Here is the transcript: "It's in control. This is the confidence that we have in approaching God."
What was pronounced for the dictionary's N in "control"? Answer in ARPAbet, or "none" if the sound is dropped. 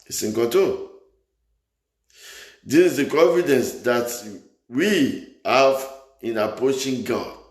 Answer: none